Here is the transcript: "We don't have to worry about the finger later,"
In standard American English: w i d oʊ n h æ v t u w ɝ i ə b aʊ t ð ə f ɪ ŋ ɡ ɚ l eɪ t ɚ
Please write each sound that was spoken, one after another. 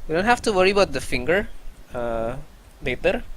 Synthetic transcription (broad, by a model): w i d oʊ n h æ f t u w ɝ i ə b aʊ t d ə f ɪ ŋ ɡ ɚ l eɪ t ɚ